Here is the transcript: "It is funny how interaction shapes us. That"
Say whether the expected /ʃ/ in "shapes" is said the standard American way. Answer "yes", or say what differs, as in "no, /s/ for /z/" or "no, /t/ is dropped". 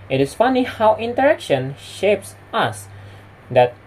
yes